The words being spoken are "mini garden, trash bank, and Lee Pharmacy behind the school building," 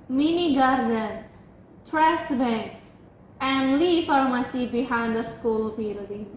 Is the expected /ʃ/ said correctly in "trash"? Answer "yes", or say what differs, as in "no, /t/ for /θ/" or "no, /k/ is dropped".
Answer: no, /s/ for /ʃ/